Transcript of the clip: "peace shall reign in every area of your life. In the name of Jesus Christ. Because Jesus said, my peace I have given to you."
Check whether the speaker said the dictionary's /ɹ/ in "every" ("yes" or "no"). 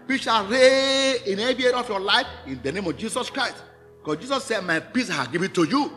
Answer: no